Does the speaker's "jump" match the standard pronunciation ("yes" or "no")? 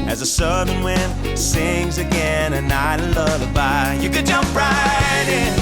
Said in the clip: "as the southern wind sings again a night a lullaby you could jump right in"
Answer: yes